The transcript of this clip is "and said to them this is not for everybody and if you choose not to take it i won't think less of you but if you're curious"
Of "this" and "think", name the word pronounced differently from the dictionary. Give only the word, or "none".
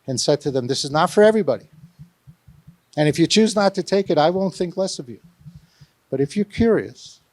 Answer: none